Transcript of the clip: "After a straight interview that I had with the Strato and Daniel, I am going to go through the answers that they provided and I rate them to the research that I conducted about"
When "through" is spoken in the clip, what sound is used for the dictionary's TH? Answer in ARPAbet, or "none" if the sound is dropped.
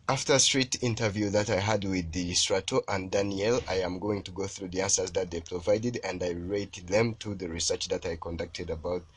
TH